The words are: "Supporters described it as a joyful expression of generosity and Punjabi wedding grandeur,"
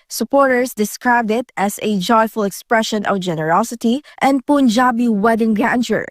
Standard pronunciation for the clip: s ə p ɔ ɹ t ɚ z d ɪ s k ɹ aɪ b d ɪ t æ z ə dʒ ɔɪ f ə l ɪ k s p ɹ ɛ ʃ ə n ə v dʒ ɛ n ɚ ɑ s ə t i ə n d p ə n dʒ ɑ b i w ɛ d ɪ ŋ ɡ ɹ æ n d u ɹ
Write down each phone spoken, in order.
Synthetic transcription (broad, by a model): s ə p ɔ ɹ t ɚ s d ɪ s k ɹ aɪ b d ɪ t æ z ə dʒ ɔɪ f ə l ɪ k s p ɹ ɛ ʃ ə n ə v dʒ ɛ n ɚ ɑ s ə t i ə n d p ə n dʒ ɑ b i w ɛ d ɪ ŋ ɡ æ n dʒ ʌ ɹ